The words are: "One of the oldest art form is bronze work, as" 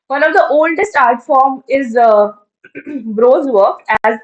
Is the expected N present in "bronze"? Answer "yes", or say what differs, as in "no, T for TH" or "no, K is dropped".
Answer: no, N is dropped